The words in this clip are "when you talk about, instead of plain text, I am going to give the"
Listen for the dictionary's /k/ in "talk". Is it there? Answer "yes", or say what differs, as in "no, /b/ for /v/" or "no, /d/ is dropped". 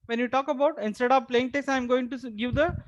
yes